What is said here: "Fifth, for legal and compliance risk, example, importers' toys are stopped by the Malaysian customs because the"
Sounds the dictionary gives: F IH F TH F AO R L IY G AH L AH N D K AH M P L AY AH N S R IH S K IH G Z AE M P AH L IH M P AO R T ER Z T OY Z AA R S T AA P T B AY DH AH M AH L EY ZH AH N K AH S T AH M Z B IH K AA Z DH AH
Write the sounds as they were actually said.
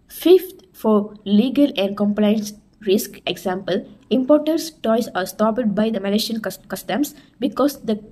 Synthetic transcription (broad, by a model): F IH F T F AO R L IY G AH L AH N D K AH M P L AY AH N S R IH S K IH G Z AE M P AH L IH M P AO R T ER S T OY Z AA R S T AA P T B AY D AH M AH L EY SH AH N K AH S T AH M S B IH K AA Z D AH